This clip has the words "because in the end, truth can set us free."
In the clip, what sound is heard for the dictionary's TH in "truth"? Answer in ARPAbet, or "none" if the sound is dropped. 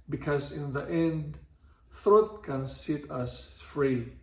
T